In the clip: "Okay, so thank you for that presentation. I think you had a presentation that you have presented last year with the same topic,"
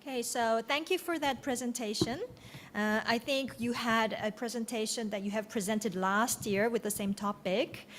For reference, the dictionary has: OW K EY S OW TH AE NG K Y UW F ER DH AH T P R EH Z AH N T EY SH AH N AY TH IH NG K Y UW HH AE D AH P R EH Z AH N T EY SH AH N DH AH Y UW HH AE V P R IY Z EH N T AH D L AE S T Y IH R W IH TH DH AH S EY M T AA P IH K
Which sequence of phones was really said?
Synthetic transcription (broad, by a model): K EY S OW TH AE NG K Y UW F ER DH AH T P R EH Z AH N T EY SH AH N AY TH IH NG K Y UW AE D AH P R EH Z AH N T EY SH AH N DH AH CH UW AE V P R IY Z EH N T AH D L AE S T Y IH R W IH DH AH S EY M T AA P IH K